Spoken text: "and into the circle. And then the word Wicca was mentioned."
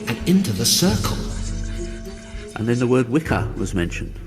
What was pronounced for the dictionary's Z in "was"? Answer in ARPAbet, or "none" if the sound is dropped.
Z